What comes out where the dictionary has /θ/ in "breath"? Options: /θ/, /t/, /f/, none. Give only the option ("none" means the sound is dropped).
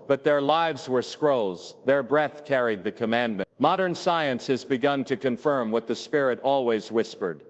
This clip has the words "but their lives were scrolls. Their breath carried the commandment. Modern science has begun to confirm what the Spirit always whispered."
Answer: /θ/